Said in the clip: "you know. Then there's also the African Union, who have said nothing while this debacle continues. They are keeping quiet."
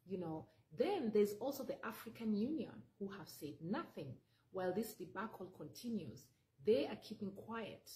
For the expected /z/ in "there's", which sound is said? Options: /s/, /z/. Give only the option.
/z/